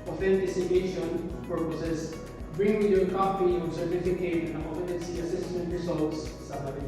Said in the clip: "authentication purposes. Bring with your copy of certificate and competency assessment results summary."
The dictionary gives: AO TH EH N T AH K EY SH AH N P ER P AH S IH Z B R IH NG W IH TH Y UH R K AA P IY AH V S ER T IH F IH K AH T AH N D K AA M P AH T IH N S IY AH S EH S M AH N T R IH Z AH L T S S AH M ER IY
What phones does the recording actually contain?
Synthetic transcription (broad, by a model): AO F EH N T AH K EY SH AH N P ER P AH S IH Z B R IH NG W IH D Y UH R K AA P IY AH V S ER T IH F IH K AH T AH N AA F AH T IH S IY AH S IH S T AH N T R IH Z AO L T S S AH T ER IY